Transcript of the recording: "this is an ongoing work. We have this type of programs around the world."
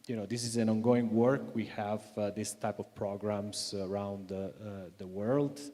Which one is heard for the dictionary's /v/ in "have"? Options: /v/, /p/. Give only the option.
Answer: /v/